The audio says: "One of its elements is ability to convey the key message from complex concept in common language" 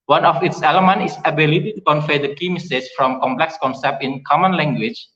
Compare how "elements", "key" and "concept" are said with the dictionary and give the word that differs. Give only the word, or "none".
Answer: elements